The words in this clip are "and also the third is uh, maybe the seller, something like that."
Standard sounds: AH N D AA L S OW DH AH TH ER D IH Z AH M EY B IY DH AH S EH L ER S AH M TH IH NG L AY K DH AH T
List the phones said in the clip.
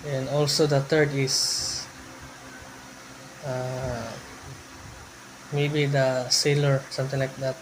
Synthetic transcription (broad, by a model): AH N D AA L S OW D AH T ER D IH S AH M EY B IY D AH S EH L ER S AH M T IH NG L AY K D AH T